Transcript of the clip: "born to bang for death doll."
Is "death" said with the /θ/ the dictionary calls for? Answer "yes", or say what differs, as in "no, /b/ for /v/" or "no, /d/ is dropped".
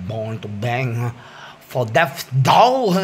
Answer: no, /f/ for /θ/